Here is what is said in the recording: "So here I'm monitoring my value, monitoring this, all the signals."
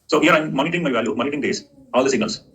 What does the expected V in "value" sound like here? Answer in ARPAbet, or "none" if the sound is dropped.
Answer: V